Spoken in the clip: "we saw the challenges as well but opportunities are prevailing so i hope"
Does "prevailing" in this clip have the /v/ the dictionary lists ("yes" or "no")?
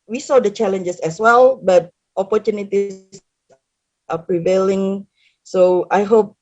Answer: yes